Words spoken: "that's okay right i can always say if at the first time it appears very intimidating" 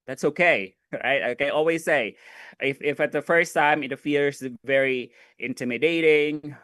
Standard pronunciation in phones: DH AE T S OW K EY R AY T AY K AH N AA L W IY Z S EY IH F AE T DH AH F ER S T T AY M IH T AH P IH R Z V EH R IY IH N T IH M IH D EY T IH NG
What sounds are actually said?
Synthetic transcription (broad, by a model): DH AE T S OW K EY R AY T AY K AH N AA L W IY Z S EY IH F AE T DH AH F ER S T T AY M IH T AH F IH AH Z V EH R IY IH N T IH M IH D EY T IH NG